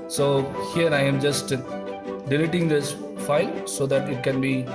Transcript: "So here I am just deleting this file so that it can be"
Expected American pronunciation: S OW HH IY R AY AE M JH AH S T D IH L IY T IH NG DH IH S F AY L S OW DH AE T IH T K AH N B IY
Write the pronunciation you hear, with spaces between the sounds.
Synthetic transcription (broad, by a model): S OW HH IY R AY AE M JH AH S T D IH L IY T IH NG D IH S F AY L S OW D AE T IH T K AH N B IY